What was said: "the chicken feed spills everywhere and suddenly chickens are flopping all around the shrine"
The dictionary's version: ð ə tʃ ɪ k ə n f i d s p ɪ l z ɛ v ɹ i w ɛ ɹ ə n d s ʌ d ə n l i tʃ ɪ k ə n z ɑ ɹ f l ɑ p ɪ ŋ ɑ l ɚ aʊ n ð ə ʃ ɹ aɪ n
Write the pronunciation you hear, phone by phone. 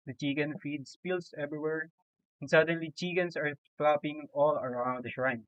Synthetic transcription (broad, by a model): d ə tʃ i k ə n f i d s p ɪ l s ɛ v ɹ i w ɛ ɹ ə n d s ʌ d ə n l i tʃ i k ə n s ɑ ɹ f l ɑ p ɪ ŋ ɑ l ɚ aʊ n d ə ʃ ɹ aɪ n